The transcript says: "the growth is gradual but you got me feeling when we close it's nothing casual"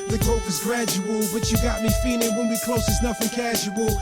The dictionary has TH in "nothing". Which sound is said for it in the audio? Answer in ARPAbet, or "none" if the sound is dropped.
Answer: F